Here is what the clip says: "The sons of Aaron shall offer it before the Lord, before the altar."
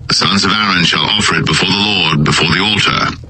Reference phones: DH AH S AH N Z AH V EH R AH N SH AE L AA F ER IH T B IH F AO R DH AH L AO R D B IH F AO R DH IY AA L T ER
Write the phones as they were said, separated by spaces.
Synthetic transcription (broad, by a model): DH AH S AH N Z AH V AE R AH N SH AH L AA F ER IH T B IH F AO R DH AH L AO R D B IH F AO R DH IY AA L T ER